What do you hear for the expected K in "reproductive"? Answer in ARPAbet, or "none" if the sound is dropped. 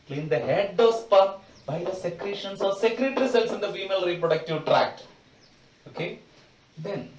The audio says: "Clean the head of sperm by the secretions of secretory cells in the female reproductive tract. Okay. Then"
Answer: K